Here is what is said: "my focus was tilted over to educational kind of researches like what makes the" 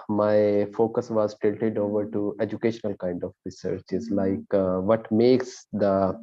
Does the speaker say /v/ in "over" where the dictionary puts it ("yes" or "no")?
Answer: yes